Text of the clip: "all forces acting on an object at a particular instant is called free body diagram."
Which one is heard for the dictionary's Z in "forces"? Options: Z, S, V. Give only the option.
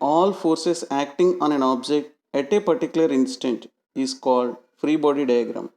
S